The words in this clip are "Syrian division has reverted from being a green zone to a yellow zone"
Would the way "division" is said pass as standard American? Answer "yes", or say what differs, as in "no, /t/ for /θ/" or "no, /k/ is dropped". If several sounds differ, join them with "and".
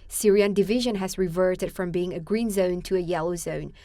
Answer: yes